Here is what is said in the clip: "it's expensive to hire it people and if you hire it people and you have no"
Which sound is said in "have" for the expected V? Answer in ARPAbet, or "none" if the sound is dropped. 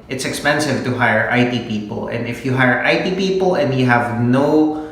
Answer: V